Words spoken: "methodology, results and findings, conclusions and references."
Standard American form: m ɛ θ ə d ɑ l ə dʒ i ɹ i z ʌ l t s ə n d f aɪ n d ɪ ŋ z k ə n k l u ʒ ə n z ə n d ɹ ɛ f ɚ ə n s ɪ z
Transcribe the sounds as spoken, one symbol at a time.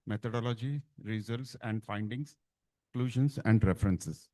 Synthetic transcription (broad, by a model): m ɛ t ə d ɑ l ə dʒ i ɹ i z ʌ l t s ə n d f aɪ n d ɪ ŋ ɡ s k l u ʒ ə n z ə n d ɹ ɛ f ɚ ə n s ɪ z